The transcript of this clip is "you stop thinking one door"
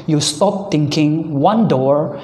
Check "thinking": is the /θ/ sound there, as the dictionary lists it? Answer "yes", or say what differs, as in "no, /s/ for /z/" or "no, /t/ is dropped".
no, /t/ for /θ/